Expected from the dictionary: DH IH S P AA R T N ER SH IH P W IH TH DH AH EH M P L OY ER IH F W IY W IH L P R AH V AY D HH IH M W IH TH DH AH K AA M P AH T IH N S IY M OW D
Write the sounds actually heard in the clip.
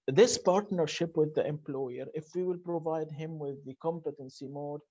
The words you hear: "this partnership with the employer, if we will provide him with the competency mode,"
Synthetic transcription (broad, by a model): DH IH S P AA R T N ER SH IH P W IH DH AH EH M P L OY ER IH F W IY W IH L P R AH V AY D HH IH M W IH DH AH K AA M P AH T IH N S IY M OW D